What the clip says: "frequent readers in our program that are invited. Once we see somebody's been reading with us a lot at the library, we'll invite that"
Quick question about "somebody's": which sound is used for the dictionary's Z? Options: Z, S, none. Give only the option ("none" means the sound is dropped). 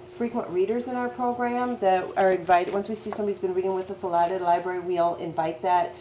Z